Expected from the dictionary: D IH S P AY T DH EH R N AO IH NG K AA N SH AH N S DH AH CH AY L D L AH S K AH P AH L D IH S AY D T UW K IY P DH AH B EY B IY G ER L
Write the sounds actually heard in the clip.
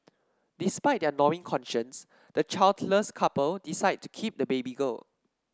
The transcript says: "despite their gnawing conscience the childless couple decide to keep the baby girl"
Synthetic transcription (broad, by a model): D IH S P AY T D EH N AO IH NG K AA N SH AH N S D AH CH AY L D L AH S K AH P AH L D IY S AY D T UW K IY P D AH B EY B IY G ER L